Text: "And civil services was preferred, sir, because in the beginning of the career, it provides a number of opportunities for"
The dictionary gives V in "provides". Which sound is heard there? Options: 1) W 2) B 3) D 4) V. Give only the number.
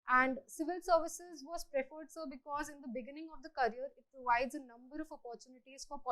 4